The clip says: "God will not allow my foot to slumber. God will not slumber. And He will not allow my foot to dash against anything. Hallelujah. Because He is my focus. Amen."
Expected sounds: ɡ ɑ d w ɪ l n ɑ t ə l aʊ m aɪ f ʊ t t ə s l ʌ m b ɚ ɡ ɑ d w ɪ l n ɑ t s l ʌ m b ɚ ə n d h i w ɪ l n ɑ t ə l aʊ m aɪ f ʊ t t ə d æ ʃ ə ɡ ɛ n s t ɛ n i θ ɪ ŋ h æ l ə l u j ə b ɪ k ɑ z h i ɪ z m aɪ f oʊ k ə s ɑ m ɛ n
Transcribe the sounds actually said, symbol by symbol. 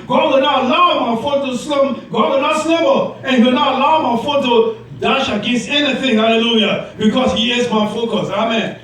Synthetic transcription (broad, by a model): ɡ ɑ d w ɪ l n ɑ t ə l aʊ m aɪ f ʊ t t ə s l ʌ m ɡ ɑ d w ɪ l n ɑ t s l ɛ b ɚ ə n h i w ɪ l n ɑ t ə l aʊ m aɪ f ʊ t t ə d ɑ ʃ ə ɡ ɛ s ɛ n i θ ɪ ŋ h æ l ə l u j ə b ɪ k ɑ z h i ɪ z m aɪ f oʊ k ə s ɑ m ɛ n